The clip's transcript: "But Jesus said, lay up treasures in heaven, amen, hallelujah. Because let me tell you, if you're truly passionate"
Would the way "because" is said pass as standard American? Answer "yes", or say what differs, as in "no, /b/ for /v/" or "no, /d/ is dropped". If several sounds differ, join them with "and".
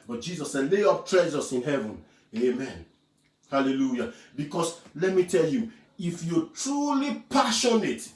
no, /s/ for /z/